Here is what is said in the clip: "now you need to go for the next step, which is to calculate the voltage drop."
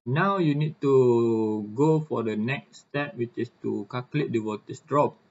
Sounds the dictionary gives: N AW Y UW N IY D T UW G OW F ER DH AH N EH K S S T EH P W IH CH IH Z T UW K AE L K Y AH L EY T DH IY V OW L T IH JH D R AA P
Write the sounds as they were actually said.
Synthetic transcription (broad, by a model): N AW Y UW N IY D T UW G OW F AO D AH N EH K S S T EH P W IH CH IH S T UW K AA K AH L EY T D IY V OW T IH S D R AA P